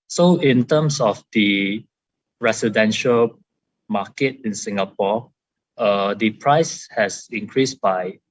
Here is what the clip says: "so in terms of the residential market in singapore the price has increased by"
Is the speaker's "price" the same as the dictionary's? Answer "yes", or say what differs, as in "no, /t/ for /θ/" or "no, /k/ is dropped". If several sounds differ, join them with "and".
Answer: yes